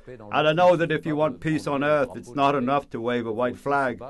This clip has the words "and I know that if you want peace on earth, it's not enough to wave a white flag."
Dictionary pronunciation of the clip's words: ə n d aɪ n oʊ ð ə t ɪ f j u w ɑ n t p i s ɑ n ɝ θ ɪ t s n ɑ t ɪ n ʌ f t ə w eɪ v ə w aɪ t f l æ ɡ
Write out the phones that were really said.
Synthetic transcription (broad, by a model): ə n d aɪ n oʊ ð ə t ɪ f j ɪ w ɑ n p i s n ɝ θ ɪ t s n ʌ t ɪ n ʌ f t ə w eɪ v ə w aɪ t f l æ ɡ